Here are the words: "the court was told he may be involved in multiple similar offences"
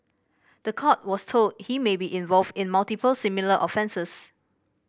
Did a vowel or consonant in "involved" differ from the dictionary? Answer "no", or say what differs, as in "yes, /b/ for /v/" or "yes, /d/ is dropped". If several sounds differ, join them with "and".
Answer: no